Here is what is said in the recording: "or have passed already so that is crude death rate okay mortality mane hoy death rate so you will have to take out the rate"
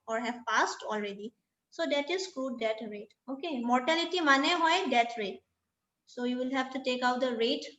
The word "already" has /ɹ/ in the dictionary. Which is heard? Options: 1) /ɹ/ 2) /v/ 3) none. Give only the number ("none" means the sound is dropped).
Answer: 1